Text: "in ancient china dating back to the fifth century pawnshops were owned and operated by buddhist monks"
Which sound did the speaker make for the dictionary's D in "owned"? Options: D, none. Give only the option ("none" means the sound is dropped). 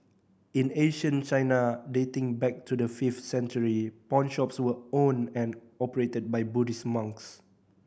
none